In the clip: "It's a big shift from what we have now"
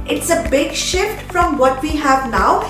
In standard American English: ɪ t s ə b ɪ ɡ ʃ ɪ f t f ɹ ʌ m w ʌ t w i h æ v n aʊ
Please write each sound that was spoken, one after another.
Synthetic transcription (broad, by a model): ɪ t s ə b ɪ ɡ ʃ ɪ f t f ɹ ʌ m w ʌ t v i h æ v n aʊ